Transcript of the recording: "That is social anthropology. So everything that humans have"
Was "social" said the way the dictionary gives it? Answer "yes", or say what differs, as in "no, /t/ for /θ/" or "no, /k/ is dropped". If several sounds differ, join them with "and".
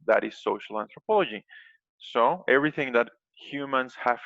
yes